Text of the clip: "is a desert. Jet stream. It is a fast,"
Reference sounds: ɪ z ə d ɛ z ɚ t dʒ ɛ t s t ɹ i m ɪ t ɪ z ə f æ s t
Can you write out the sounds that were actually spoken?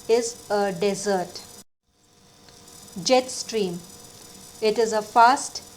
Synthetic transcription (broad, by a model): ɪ z ə d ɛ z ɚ t dʒ ɛ t s t ɹ i m ɪ t ɪ z ə f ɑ s t